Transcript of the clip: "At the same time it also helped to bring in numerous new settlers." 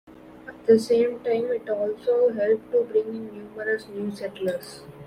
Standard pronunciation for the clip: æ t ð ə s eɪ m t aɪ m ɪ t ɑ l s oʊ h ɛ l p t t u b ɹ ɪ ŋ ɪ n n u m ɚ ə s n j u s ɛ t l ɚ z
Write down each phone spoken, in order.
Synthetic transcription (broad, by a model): æ t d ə s eɪ m t aɪ m ɪ t ɑ l s oʊ h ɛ l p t t u b ɹ ɪ ŋ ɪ n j u m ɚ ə s n j u s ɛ t l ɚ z